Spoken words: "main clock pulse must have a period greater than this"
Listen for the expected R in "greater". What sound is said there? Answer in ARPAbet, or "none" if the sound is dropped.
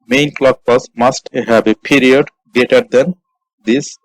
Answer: none